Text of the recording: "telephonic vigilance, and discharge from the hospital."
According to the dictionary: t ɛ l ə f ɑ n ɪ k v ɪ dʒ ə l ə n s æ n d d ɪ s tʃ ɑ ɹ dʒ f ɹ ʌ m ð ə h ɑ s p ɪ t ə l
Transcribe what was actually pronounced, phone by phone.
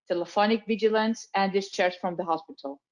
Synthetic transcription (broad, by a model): t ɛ l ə f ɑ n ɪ k v ɪ dʒ ə l ə n s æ n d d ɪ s tʃ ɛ ɹ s f ɹ ʌ m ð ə h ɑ s p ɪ t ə l